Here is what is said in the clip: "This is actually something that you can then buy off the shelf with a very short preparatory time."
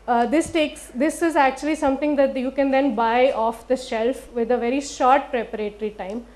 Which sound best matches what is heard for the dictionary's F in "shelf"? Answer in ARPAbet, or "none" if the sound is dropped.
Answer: F